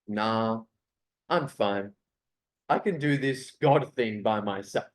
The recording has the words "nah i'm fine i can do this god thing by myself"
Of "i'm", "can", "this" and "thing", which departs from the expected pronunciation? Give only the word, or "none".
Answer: none